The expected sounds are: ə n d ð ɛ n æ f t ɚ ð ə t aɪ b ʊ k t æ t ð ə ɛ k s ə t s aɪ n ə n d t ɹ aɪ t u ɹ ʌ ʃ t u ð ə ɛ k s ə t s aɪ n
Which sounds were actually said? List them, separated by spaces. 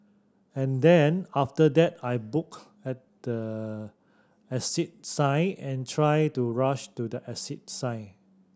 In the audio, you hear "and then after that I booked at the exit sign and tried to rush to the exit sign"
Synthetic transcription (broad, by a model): ə n d ɛ n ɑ f t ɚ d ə t aɪ b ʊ k ɛ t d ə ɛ s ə t s aɪ ə n t ɹ aɪ t u ɹ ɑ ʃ t u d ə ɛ s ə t s aɪ